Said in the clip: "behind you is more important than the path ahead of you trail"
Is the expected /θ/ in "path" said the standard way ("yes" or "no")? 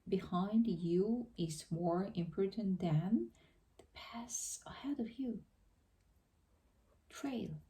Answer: no